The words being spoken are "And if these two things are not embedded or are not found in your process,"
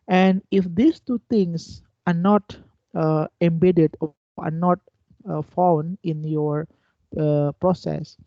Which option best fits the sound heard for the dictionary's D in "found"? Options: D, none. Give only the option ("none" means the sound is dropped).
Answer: none